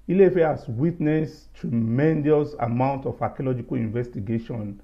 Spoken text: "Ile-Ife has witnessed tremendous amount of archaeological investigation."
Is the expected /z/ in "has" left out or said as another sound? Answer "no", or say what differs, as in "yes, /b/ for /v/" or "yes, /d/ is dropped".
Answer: yes, /s/ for /z/